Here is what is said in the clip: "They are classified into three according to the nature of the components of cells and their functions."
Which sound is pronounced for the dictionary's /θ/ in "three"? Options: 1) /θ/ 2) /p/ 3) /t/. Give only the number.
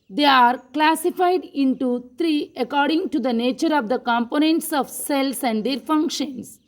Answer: 3